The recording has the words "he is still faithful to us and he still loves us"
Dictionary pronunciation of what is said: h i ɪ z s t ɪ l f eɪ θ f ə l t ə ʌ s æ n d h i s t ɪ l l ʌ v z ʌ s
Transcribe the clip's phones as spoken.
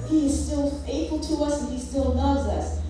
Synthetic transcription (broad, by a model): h i ɪ z s t ɪ l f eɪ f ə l t ə ʌ s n h i s t ɪ l n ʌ z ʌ s